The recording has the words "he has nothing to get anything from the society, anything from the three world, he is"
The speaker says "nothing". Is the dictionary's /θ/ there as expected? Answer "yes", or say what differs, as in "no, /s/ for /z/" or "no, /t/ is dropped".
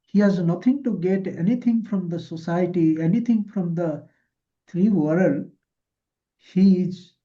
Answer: no, /t/ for /θ/